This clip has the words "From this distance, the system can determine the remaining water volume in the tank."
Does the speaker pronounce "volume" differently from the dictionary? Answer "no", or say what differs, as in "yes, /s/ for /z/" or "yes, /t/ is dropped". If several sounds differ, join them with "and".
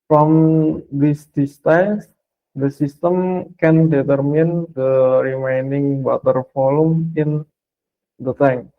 yes, /f/ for /v/